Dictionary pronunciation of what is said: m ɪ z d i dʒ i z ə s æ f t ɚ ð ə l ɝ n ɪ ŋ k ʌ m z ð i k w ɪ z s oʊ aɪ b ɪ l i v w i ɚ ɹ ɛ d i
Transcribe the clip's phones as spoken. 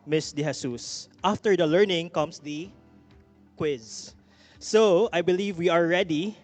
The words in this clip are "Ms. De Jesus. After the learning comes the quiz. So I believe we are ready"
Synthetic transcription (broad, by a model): m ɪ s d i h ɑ s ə s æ f t ɚ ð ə l ɝ n ɪ ŋ k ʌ m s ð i k w ɪ z s oʊ aɪ b ɪ l i v w i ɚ ɹ ɛ d i